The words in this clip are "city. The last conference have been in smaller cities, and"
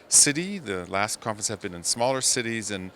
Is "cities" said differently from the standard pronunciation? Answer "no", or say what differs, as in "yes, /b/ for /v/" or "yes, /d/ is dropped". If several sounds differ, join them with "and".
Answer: no